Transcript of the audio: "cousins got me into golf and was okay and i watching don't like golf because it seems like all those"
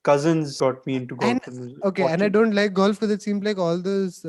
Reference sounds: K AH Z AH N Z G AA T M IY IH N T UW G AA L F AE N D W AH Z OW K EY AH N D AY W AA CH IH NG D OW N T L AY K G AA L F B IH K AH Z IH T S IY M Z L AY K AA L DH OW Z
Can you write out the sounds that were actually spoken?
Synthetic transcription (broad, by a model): K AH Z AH N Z G AA T M IY IH N T UW G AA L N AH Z OW K EY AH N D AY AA IH D OW N T L AY K G AA L F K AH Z IH T S IY M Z L AY K AA L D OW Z